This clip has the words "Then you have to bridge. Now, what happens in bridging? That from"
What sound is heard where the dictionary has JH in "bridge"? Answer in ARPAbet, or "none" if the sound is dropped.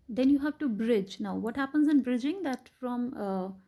JH